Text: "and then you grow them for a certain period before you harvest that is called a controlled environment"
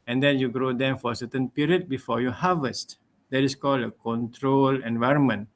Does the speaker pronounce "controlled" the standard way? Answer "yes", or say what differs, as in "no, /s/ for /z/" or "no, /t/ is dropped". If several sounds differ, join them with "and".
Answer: no, /d/ is dropped